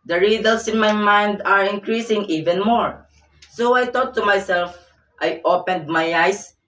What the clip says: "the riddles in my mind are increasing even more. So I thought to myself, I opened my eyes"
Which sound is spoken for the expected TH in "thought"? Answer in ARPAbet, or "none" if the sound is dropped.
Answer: T